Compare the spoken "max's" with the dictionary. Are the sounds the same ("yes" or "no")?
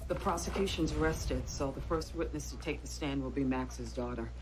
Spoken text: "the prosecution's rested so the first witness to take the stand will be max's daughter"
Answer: yes